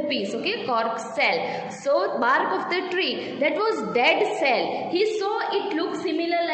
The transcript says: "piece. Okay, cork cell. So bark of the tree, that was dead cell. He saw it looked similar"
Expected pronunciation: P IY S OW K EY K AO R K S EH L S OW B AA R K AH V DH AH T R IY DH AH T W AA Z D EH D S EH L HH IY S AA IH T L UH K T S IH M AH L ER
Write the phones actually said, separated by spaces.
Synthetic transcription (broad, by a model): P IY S OW K EY K AO R K S EH L S OW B AA R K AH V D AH T R IY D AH T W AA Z D EH D S EH L HH IY S AA IH T L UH K S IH M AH L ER